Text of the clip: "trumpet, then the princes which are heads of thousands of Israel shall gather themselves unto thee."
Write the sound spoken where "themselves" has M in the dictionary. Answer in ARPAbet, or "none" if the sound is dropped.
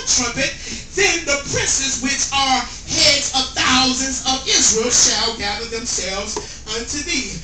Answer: M